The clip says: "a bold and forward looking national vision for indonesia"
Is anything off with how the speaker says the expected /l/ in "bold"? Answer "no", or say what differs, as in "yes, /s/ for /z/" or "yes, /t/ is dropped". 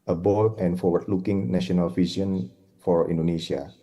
yes, /l/ is dropped